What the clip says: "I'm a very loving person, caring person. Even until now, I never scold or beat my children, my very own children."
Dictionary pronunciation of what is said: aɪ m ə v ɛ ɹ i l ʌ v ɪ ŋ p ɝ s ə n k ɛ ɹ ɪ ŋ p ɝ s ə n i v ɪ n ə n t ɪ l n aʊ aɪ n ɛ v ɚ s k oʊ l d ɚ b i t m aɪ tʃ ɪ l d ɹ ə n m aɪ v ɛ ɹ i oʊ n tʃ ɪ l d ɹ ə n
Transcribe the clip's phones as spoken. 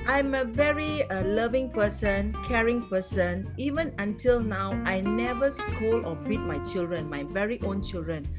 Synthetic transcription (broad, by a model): aɪ m ə v ɛ ɹ i l ʌ v ɪ ŋ p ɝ s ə n k ɛ ɹ ɪ ŋ p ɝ s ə n i v ɪ n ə n t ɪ l n aʊ aɪ n ɛ v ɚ s k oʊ l ɔ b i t m aɪ tʃ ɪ l d ɹ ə n m aɪ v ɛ ɹ i oʊ n tʃ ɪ l d ɹ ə n